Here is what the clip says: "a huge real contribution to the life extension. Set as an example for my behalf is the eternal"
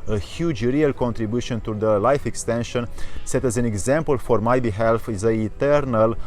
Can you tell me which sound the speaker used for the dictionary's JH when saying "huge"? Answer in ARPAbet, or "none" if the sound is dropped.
JH